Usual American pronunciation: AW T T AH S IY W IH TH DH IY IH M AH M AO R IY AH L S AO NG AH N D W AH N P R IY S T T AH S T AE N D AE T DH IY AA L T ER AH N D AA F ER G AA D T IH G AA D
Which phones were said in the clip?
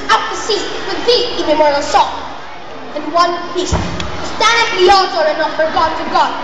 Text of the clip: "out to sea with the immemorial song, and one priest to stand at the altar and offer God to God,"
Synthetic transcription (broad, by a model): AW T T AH S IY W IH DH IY IH M AH M AO R IY AH L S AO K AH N W AH N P IY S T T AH S T AE N D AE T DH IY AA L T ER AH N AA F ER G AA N T IH G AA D